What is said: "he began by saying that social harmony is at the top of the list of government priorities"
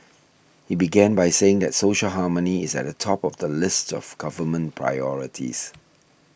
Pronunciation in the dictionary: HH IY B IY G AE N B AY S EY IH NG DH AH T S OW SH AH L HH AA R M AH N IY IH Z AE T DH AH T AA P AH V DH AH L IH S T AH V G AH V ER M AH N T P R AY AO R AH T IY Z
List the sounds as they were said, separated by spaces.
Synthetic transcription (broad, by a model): HH IY B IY G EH N B AY S EY IH NG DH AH T S OW SH AH L HH AA M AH N IY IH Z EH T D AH T AA P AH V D AH L IH S T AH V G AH V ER M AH N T P R AY AO R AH T IY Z